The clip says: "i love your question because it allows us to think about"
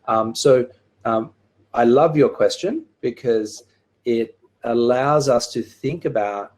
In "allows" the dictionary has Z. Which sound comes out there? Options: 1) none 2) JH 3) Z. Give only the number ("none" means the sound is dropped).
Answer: 3